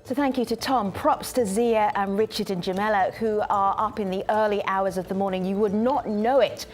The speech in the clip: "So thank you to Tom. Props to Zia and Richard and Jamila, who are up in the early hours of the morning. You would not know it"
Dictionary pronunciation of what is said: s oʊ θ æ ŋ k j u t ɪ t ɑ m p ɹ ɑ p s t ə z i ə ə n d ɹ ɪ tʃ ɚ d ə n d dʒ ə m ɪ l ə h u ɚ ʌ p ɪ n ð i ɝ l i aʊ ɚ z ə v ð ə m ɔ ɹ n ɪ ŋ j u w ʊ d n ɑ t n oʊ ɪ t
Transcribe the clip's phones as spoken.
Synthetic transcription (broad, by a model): s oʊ θ æ ŋ k j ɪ t ɪ t ɑ m p ɹ ɑ p s t ə z i ə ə n ɹ ɪ tʃ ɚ d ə n dʒ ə m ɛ l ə h u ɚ ʌ p ɪ n ð i ɝ l i aʊ ɚ z ə v ð ə m ɔ ɹ n ɪ ŋ j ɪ w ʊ d n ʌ t n oʊ ɪ t